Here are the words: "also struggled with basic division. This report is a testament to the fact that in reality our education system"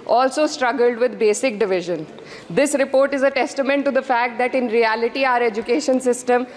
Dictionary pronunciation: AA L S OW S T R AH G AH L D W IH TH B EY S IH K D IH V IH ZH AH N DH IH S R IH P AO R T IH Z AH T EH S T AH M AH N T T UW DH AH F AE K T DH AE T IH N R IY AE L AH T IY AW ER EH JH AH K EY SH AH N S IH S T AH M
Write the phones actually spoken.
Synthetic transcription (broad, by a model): AA L S OW S T R AH G AH L D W IH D B EY S IH K D IH V IH ZH AH N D IH S R IH P AO R T IH Z AH T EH S T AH M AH N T T UW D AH F AE K T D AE T IH N R IY AE L AH T IY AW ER EH JH AH K EY SH AH N S IH S T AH M